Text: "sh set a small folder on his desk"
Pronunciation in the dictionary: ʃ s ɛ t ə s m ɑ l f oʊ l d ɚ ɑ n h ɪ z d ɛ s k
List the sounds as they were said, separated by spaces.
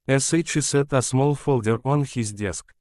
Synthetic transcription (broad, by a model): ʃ s ɛ t ə s m ɑ l f oʊ l d ɚ ɑ n h ɪ z d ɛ s k